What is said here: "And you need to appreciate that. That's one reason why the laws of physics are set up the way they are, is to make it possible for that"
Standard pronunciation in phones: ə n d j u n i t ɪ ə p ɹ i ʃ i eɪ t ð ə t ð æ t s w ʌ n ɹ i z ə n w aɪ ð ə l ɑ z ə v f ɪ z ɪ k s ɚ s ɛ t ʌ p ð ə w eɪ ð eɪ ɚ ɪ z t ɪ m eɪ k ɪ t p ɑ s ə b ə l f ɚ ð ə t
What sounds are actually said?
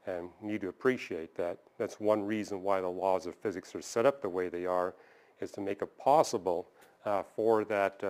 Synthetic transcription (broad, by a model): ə n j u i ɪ ə p ɹ i ʃ i eɪ t ð ə t ð æ t s w ʌ n ɹ i z ə n w aɪ ð ə l ɑ z ə v f ɪ z ɪ k s ɚ s ɛ t ʌ p ð ə w eɪ ð eɪ ɚ ɪ z t ɪ m eɪ k ɪ t p ɑ s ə b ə l f ɚ ð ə t